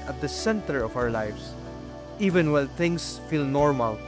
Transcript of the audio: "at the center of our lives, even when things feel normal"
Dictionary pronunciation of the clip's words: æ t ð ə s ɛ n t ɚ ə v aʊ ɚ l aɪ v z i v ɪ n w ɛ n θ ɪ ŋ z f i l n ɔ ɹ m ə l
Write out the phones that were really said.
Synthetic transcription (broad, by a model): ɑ t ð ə s ɛ n t ɚ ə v aʊ ɚ l aɪ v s i v ɪ n w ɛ l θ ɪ ŋ s f i l n ɔ ɹ m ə l